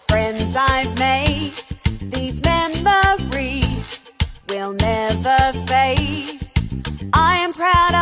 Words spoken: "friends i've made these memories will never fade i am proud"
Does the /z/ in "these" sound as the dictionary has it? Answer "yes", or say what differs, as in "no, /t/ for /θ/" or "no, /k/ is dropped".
yes